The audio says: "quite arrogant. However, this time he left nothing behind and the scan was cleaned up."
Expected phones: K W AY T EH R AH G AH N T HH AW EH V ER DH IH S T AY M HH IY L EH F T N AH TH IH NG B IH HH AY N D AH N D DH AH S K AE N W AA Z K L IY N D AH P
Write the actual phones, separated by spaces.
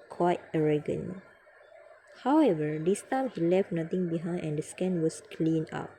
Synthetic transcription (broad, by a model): K W AY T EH R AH G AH N HH AW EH V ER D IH S T AY M HH IY L EH F T N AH T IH NG B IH HH AY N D AH N D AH S K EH N W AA S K L IY N AA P